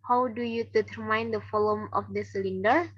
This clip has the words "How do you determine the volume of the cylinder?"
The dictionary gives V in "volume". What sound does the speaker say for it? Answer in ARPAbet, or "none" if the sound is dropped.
F